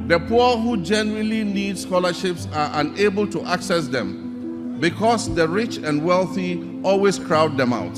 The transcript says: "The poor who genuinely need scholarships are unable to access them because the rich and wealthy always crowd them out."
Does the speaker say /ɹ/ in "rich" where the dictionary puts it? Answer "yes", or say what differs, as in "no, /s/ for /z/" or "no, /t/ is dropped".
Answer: yes